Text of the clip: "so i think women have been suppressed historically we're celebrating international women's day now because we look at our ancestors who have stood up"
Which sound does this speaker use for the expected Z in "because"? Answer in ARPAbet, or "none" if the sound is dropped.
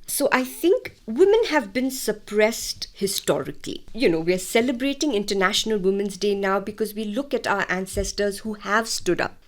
Z